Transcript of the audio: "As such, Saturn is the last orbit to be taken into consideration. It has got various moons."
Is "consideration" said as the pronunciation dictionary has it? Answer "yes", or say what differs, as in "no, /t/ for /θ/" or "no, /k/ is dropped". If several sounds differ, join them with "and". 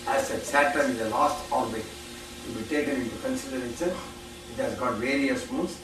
no, /s/ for /ʃ/